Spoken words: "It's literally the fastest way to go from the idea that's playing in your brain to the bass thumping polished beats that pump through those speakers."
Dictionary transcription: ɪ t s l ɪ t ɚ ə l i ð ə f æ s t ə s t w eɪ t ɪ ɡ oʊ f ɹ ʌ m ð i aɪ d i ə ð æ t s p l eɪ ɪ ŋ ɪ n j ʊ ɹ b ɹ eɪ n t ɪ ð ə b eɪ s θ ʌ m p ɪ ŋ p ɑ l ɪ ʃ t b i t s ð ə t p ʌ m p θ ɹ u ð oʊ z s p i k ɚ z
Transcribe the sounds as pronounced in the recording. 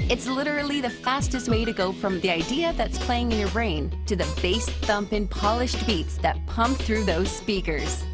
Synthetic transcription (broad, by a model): ɪ t s l ɪ t ɚ l i ð ə f æ s t ə s t w eɪ t ɪ ɡ oʊ f ɹ ʌ m ð i aɪ d i ə ð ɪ t s p l eɪ ɪ ŋ ɪ n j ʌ ɹ ɹ eɪ n t ɪ ð ə b eɪ s θ ʌ m p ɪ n p ɑ l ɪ ʃ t b i t s ð ə t p ʌ m p θ ɹ u ð oʊ z s p i k ɚ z